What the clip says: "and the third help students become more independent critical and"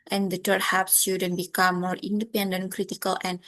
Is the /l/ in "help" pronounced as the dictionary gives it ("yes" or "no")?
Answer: no